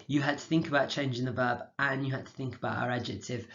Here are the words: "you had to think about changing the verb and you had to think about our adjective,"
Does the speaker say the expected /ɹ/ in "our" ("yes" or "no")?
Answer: yes